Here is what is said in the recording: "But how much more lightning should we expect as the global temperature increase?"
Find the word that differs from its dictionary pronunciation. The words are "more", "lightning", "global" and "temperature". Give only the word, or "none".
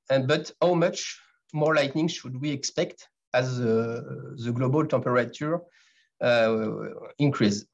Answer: temperature